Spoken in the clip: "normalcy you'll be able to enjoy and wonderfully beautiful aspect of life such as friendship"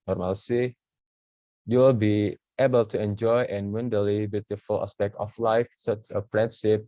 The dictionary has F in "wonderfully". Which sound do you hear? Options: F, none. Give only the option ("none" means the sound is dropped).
none